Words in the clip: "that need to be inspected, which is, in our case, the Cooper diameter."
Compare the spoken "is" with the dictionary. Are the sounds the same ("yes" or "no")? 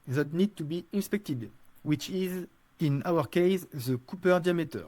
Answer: yes